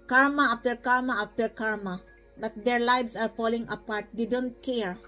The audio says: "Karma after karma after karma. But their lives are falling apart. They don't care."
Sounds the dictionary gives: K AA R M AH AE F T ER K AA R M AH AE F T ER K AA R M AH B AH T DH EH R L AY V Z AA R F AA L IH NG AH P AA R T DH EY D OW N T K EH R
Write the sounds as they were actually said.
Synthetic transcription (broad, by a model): K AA R M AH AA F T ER K AA R M AH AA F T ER K AA R M AH B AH T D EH R L AY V S AA R F AA L IH NG AH P AA R T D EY D OW N T K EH R